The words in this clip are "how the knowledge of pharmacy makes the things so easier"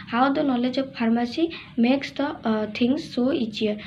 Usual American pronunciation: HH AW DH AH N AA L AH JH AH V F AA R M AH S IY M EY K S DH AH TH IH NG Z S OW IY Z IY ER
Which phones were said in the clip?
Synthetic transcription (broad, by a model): HH AW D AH N AA L AH JH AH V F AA R M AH S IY M EY K S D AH T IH NG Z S OW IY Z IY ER